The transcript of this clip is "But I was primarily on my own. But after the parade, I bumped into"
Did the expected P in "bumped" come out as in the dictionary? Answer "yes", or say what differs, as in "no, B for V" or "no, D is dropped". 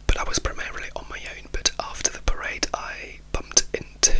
yes